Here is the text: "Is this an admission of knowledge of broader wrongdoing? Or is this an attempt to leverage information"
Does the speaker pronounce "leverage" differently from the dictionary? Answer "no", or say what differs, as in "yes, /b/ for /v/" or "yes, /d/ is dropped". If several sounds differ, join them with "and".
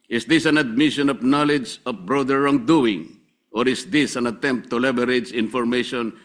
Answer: yes, /b/ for /v/